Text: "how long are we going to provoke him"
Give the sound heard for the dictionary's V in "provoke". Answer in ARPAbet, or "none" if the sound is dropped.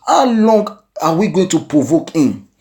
V